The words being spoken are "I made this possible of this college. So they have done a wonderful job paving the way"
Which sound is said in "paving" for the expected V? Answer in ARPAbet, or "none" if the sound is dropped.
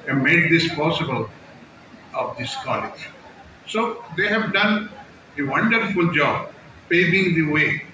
B